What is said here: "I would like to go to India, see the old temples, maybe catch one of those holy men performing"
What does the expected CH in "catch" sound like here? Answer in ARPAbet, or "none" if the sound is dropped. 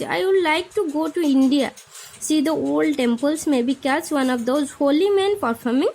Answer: S